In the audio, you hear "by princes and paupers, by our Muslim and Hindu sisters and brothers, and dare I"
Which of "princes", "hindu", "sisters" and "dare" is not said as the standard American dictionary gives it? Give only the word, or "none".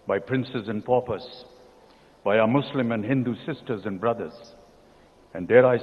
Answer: none